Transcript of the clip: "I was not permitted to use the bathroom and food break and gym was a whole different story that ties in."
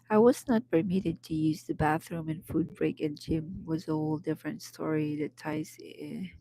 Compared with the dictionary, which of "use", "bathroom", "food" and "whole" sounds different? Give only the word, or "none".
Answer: none